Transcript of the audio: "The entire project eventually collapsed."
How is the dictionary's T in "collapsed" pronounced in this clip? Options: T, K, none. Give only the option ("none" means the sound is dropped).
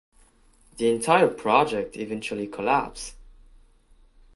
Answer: none